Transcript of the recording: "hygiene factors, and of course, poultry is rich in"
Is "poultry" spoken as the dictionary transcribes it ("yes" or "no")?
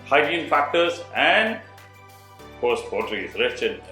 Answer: no